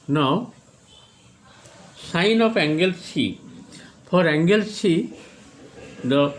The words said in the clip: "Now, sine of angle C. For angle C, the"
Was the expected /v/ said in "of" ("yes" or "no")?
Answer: no